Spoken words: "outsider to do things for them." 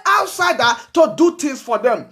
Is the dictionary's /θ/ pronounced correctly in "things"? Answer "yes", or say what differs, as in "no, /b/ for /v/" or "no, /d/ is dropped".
no, /t/ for /θ/